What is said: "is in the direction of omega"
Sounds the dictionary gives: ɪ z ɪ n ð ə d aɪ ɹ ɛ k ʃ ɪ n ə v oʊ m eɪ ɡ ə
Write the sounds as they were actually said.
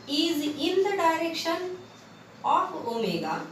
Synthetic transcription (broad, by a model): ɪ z ɪ n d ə d aɪ ɹ ɛ k ʃ ɪ n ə p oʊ m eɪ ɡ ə